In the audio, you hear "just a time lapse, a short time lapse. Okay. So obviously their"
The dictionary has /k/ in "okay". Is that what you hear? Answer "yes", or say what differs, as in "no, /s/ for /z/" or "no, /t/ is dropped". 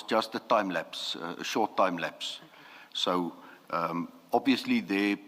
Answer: no, /k/ is dropped